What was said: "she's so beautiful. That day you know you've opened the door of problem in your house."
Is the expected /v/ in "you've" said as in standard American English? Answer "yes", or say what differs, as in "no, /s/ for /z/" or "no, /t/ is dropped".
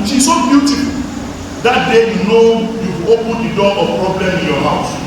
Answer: no, /v/ is dropped